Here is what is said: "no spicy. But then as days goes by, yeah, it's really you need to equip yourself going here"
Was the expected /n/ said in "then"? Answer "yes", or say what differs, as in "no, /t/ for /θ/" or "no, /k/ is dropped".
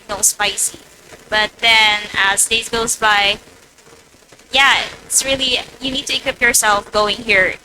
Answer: yes